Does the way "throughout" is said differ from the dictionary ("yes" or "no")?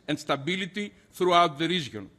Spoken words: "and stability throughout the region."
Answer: no